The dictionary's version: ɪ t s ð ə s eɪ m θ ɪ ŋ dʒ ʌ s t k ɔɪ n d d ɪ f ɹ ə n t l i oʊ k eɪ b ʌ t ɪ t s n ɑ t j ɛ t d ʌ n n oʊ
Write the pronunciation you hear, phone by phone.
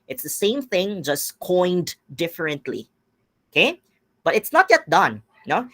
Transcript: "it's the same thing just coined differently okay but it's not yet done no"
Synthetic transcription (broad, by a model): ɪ t s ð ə s eɪ m θ ɪ ŋ dʒ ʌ s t k ɔɪ n d d ɪ f ɹ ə n t l i oʊ k eɪ b ʌ t ɪ t s n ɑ t j ɛ t d ʌ n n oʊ